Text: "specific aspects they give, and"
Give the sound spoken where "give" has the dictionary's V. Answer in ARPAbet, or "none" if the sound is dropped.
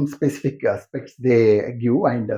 none